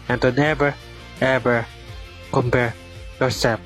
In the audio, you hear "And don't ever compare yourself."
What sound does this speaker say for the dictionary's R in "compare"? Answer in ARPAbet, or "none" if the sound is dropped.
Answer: R